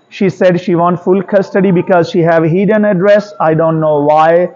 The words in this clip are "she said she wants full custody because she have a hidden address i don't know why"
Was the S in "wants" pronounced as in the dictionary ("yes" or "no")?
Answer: no